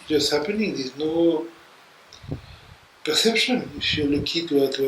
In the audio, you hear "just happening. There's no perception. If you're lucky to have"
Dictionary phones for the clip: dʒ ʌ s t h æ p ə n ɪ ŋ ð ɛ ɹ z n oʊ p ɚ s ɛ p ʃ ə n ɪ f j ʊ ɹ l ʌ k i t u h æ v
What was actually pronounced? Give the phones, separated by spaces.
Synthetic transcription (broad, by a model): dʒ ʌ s h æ p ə n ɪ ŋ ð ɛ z n oʊ p ɚ s ɛ p ʃ ə n ɪ f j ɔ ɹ l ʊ k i t u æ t